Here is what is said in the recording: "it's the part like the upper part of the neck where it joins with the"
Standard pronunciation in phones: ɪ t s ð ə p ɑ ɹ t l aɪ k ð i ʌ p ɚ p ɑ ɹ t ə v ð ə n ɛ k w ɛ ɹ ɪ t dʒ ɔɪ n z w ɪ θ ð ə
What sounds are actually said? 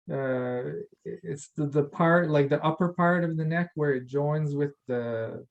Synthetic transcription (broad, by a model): ɪ t s ð ə p ɑ ɹ t l aɪ k ð i ʌ p ɚ p ɑ ɹ t ə v ð ə n ɛ k w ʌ ɹ ɪ t dʒ ɔɪ n z w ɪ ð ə